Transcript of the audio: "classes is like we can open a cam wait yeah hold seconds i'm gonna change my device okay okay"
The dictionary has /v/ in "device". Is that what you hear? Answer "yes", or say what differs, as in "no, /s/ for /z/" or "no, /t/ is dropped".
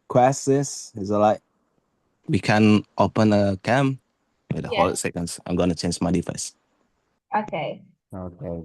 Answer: no, /f/ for /v/